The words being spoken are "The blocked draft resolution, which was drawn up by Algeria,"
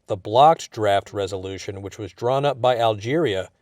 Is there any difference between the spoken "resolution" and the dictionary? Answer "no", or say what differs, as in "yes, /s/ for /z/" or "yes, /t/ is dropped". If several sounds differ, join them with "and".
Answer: no